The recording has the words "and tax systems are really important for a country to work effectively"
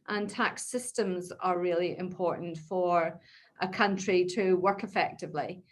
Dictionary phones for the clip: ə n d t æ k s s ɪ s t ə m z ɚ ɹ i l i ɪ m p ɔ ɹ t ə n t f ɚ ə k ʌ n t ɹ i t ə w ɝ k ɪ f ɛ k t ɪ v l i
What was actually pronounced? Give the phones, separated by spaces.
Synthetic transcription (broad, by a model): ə n t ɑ k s s ɪ s t ə m z ɚ ɹ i l i ɪ m p ɔ ɹ t n t f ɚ ə k ʌ n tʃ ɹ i t ə w ɝ k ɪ f ɛ k t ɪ v l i